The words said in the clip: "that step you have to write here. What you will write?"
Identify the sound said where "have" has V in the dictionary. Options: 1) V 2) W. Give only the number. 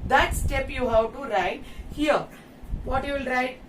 2